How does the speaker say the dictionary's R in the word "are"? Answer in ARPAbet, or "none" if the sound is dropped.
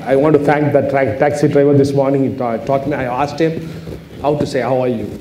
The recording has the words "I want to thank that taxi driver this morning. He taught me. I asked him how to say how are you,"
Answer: R